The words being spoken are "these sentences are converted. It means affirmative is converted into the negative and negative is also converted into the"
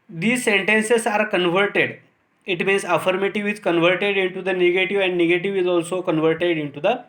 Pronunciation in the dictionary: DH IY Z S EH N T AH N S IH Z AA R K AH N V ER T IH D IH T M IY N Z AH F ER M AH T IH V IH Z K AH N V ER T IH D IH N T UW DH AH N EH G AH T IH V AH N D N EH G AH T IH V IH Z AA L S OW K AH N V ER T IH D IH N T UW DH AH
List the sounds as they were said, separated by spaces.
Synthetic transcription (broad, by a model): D IY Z S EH N T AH N S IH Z AA R K AH N V ER T IH D IH T M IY N S AH F ER M AH T IH V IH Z K AH N V ER T IH D IH N T UW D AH N EH G AH T IH V AH N D N EH G AH T IH V IH Z AA L S OW K AH N V ER T IH D IH N T UW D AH